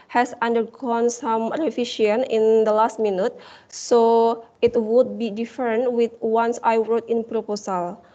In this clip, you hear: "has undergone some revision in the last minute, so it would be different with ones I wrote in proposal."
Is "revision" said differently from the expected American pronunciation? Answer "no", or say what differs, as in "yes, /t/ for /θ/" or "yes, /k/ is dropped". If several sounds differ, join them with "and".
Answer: yes, /f/ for /v/ and /ʃ/ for /ʒ/